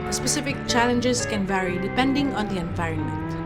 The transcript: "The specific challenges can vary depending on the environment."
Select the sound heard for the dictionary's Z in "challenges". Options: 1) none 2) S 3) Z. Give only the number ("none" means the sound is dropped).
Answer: 2